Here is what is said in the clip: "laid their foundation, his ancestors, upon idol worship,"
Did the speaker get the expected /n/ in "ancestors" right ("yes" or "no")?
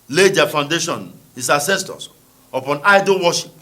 no